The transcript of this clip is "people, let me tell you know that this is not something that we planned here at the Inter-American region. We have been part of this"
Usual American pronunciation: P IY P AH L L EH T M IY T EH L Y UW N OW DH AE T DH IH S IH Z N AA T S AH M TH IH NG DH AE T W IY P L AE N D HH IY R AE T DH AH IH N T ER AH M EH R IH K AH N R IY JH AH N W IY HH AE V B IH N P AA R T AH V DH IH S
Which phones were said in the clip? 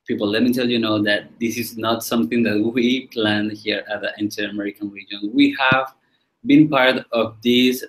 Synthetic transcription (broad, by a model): P IY P L L EH T M IY T EH L Y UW N OW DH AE T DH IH S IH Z N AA T S AH M TH IH NG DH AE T W IY P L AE N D HH IY R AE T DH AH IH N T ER AH M EH R IH K AH N R IY JH AH N W IY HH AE V B IH N P AA R T AH V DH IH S